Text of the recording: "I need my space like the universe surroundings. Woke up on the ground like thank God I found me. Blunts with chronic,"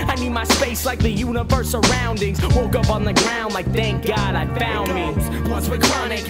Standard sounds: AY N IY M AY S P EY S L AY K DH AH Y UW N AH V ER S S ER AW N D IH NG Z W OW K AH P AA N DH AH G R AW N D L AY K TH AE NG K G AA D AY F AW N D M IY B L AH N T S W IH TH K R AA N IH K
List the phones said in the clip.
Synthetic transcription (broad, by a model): AY N IY M AY S P EY S L AY K DH AH Y UW N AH V ER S S ER AW N D IH NG Z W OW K AH P N DH AH G R AW N D L AY K TH AE NG K G AA D AY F AW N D M IY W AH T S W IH K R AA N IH K